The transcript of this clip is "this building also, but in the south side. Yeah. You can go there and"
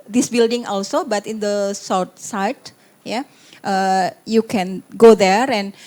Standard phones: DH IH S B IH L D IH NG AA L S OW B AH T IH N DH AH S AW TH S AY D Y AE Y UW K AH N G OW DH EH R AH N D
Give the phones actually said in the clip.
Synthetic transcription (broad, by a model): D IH S B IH L D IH NG AA L S OW B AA T IH N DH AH S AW T S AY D Y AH Y UW K AH N G OW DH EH R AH N